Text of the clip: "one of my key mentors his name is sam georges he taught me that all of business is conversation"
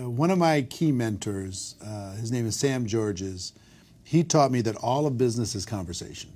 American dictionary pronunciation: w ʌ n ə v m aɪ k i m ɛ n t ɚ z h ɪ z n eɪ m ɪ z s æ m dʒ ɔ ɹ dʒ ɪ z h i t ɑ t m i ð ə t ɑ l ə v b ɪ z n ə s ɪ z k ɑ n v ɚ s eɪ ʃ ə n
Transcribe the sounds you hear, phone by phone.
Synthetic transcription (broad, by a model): w ʌ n ə v m aɪ k i m ɛ n t ɚ z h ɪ z n eɪ m ɪ z s æ m dʒ ɔ ɹ dʒ ɪ z h i t ɑ t m i ð ə t ɑ l ə v b ɪ z n ə s ɪ z k ɑ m v ɚ s eɪ ʃ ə n